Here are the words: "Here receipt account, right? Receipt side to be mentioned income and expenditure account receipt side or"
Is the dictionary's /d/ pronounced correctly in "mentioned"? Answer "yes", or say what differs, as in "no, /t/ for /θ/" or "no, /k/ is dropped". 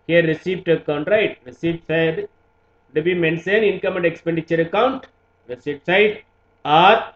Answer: no, /d/ is dropped